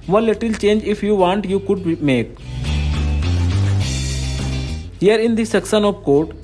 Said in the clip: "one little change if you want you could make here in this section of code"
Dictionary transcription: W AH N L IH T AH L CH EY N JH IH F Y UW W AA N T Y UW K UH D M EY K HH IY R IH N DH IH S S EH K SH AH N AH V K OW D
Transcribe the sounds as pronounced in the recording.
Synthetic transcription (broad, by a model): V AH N L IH T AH L CH EY N JH IH F Y UW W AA N T Y UW K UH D M EY K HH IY R IH N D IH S S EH K S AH N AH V K OW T